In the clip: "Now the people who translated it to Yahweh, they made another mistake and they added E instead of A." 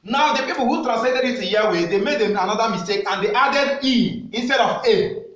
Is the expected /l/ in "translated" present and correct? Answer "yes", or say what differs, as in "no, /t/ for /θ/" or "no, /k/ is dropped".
no, /l/ is dropped